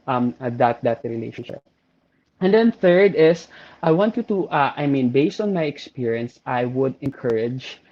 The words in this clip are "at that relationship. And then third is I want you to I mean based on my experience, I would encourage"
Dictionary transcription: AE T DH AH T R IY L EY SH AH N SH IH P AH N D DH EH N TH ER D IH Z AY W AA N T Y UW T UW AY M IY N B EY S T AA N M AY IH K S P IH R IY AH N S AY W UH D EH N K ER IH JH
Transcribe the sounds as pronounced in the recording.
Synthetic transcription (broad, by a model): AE T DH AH T R IY L EY SH AH N SH IH P AH N D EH N TH ER D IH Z AY W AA N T Y UW T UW AY M IY N B EY S T AA N M AY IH K S P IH R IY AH N S AY W UH D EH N K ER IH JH